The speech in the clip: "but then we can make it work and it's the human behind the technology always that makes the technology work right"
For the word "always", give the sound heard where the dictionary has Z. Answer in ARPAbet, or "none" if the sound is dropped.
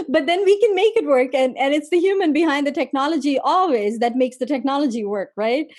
Z